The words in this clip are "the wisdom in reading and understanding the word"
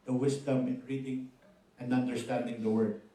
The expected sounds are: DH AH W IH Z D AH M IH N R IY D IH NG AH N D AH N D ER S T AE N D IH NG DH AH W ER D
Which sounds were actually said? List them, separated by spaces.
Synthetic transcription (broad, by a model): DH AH W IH S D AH M IH N R IY D IH NG AH N D AH N D ER S T AE N D IH NG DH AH W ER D